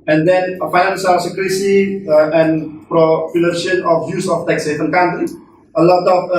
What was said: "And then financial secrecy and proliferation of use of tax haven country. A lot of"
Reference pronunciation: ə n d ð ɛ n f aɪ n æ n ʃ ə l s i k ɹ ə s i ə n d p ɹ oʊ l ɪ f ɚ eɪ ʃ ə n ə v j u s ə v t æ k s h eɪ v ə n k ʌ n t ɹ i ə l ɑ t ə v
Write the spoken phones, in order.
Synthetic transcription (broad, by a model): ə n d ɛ n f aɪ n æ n s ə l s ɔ k ɹ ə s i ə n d p ɹ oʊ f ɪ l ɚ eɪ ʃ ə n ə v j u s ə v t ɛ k s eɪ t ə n k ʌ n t ɹ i ə l ɑ t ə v